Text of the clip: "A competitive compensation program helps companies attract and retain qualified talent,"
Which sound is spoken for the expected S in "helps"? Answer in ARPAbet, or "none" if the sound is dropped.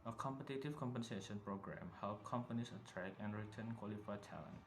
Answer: none